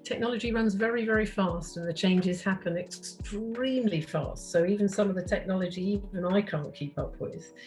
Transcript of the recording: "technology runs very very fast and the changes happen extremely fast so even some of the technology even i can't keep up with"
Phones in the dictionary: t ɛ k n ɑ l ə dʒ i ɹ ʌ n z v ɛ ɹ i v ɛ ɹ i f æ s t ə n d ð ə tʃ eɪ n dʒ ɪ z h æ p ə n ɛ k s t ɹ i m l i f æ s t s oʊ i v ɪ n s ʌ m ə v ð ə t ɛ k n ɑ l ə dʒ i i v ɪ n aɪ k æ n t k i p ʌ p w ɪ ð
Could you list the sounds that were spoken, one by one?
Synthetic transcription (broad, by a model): t ɛ k n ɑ l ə dʒ i ɹ ʌ n z v ɛ ɹ i v ɛ ɹ i f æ s t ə n ð ə tʃ eɪ n dʒ ɪ z h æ p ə n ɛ k s t ɹ i m l i f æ s t s oʊ i v ɪ n s ʌ m ə v ð ə t ɛ k n ɑ l ə dʒ i i v ɪ n aɪ k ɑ n k i p ʌ p w ɪ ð